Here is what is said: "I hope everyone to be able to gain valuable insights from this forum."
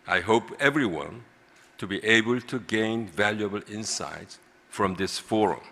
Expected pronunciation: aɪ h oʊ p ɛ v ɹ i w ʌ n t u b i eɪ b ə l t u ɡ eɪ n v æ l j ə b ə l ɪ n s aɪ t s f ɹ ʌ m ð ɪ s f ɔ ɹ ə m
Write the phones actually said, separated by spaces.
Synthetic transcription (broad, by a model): aɪ h oʊ p ɛ v ɹ i w ʌ n t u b i eɪ b ə l t u ɡ eɪ n v æ l j ə b ə l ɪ n s aɪ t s f ɹ ʌ m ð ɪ s f ɔ ɹ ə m